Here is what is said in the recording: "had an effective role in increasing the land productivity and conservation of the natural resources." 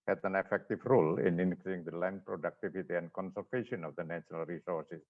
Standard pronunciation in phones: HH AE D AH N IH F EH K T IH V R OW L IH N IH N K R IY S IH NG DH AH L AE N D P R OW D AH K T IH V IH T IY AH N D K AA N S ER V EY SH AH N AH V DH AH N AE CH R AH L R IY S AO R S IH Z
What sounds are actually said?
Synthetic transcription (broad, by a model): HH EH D AH N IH F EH K T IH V R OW L IH N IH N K L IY IH NG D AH L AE N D P R OW D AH K T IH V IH T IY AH N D K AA N S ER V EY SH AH N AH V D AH N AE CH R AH L R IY S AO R S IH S